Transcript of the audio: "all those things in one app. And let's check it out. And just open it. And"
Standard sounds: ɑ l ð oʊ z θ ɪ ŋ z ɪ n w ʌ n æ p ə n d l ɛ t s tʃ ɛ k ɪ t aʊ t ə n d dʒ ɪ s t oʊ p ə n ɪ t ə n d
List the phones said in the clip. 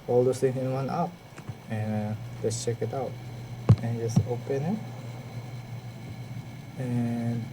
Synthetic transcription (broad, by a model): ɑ l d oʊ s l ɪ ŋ ɪ n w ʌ n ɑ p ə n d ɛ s tʃ ɛ k ɪ t aʊ t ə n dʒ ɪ s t oʊ p ə n ɪ t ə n